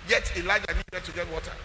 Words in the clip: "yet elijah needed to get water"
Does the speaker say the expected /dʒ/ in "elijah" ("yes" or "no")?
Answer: yes